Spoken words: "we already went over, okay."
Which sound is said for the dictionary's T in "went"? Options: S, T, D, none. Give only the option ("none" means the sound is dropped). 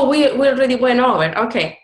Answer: none